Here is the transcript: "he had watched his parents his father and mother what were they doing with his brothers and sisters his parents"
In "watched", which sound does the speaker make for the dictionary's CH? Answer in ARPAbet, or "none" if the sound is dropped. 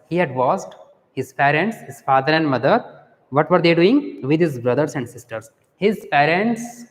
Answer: S